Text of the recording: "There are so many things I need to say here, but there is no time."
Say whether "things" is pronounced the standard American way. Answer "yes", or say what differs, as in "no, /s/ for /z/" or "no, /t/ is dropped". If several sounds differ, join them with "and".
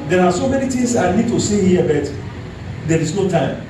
no, /t/ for /θ/